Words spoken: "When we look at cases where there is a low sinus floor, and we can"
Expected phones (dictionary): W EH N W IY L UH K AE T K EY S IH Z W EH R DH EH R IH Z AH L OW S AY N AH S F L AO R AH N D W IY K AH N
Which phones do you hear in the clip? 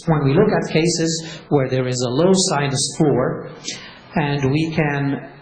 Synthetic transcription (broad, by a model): W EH N W IY L UH K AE T K EY S IH Z W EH R DH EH R IH Z AH L OW S AY N AH S F L AO R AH N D W IY K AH N